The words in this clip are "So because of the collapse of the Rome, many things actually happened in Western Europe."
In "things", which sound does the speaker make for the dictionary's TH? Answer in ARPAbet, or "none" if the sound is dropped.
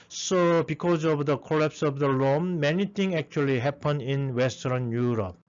T